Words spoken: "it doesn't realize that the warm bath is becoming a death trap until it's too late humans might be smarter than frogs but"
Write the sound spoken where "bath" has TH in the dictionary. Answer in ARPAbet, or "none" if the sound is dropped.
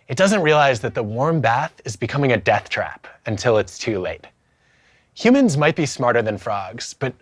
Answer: TH